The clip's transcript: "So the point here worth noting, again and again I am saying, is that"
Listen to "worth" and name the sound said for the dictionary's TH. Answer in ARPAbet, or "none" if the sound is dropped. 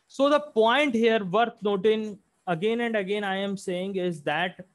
T